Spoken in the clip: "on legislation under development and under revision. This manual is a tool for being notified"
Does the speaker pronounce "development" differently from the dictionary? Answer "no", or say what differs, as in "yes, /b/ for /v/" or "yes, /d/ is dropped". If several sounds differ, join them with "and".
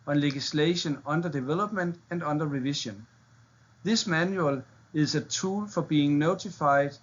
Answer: yes, /b/ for /p/